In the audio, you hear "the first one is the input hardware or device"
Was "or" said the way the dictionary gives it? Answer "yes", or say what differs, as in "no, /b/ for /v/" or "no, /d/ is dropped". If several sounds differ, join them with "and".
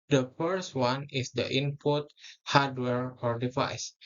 yes